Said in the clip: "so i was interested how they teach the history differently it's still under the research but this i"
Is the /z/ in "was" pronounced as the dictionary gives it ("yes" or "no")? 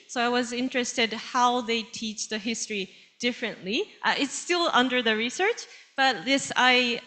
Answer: yes